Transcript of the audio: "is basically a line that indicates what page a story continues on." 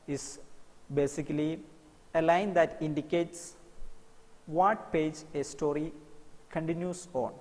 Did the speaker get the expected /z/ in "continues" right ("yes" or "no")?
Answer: no